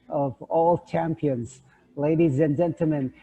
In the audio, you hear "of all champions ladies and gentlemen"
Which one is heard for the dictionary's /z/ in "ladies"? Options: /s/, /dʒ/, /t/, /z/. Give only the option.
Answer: /z/